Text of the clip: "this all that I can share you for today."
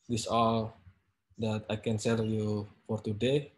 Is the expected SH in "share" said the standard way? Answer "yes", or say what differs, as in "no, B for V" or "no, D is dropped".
no, S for SH